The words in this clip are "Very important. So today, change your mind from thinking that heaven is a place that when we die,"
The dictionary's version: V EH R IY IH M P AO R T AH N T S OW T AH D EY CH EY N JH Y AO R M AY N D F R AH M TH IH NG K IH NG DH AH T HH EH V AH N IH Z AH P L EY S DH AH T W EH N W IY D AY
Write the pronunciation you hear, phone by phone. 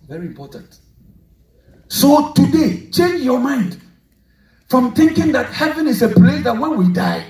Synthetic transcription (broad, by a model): V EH R IY IH M P AO R T AH N T S OW T AH D EY CH EY N JH Y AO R M AY N D F R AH M TH IH NG K IH NG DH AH T HH EH V AH N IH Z AH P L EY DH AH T W EH N W IY D AY